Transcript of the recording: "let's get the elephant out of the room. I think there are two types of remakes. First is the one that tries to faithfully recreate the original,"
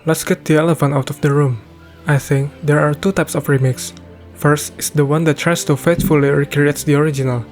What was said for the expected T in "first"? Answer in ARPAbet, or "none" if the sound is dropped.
T